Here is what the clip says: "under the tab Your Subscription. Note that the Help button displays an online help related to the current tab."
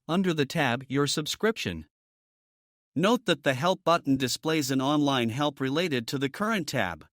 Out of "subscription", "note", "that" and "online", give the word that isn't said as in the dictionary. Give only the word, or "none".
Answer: none